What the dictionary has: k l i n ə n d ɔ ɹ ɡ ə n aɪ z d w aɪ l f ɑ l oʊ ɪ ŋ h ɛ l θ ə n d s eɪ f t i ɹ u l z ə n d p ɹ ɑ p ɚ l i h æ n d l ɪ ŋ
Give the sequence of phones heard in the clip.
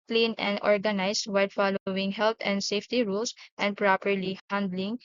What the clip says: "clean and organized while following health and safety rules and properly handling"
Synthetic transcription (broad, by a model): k l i n ə n d ɔ ɹ ɡ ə n aɪ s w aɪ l f ɑ l oʊ ɪ ŋ h ɛ l t ə n d s eɪ f t i ɹ u l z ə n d p ɹ ɑ p ɚ l i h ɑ n d l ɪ ŋ